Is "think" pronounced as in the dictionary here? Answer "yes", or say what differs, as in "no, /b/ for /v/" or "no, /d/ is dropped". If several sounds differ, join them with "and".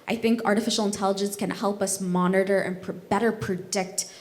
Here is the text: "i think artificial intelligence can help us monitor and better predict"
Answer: yes